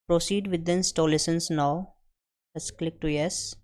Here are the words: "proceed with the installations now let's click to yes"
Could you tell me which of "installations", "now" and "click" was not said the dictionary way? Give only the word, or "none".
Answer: installations